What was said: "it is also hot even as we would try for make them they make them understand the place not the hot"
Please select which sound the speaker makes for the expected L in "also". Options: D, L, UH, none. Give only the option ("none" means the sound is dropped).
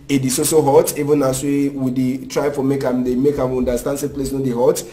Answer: none